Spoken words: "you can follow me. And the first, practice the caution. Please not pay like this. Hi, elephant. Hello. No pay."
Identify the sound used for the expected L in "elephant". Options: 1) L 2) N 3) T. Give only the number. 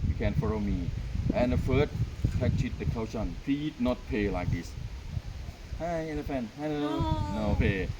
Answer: 2